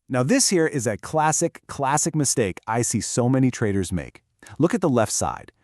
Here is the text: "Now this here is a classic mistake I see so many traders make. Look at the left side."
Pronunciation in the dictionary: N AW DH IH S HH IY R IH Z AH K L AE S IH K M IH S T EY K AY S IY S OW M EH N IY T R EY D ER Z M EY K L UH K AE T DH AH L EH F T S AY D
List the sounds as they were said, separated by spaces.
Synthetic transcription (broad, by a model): N AW DH IH S HH IY R IH Z AH K L AE S IH K M IH S T EY K AY S IY S OW M EH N IY T R EY D ER Z M EY K L UH K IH T DH AH L EH F T S AY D